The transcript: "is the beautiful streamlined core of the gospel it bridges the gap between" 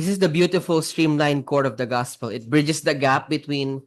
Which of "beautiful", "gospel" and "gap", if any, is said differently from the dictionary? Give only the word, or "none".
none